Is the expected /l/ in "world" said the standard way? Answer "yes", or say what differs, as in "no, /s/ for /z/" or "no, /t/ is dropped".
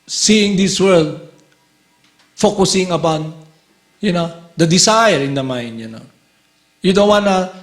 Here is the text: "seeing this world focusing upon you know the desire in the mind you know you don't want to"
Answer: yes